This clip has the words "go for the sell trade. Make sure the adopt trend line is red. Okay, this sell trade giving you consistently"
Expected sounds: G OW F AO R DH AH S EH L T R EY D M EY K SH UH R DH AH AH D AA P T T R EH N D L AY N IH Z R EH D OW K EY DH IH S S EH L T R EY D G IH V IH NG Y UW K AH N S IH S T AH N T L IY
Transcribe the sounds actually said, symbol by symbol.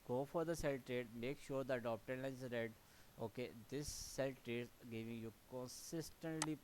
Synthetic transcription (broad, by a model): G OW F AO R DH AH S EH L T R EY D M EY K SH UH R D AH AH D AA P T T EH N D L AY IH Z R EH D OW K EY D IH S S EH L T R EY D G IH V IH NG Y UW K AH N S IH S T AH N T L IY